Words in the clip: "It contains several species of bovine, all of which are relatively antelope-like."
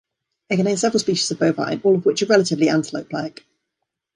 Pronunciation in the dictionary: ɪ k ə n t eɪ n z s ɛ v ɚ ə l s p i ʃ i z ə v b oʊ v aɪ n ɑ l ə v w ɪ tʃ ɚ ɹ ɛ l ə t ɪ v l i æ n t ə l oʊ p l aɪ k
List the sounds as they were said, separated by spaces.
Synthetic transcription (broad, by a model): ɪ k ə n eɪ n s ɛ v ɚ ə l s p i ʃ i z ə v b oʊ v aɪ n ɑ l ə v w ɪ tʃ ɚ ɹ ɛ l ə t ɪ v l i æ n t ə l oʊ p l aɪ k